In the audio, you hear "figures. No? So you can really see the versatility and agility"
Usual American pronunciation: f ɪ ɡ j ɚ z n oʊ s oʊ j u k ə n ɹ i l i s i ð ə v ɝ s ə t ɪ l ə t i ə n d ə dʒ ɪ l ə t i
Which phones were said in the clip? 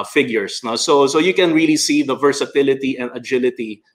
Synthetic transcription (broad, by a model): f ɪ ɡ j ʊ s n oʊ s oʊ j u k ə n ɹ i l i s i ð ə v ɝ s ə t ɪ l ə t i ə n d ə dʒ ɪ l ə t i